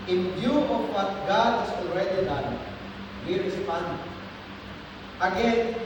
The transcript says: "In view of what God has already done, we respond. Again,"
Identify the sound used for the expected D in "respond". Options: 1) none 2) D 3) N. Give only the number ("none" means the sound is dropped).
1